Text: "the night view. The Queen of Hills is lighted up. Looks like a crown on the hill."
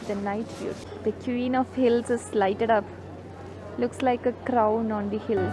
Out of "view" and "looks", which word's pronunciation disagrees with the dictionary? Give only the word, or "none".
view